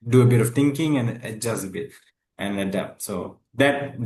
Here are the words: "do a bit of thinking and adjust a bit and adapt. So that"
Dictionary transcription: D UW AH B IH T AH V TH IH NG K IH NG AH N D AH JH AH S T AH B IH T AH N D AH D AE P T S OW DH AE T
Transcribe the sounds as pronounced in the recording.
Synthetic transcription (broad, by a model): D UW AH B IH T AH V T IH NG K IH NG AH N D AH JH AH S T AH B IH T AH N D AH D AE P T S OW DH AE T